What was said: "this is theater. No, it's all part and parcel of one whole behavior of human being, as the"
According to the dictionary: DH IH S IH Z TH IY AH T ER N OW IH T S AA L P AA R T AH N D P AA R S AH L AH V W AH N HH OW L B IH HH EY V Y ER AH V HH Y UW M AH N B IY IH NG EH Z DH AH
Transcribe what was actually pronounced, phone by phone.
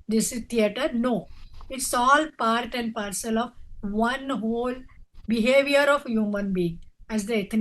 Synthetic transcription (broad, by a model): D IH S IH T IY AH T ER N OW IH T S AA L P AA R T AH N D P AA R S AH L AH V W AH N HH OW L B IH HH EY V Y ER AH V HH Y UW M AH N B IY IH NG EH Z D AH